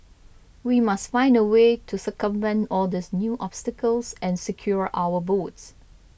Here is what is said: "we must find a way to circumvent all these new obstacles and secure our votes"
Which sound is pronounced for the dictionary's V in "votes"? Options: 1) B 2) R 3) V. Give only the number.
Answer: 1